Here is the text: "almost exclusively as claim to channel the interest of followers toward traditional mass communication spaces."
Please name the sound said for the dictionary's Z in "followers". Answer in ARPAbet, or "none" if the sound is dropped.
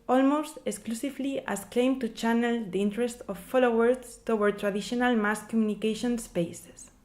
S